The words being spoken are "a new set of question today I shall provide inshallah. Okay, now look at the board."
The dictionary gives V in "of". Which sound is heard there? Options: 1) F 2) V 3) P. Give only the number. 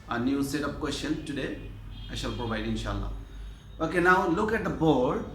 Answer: 3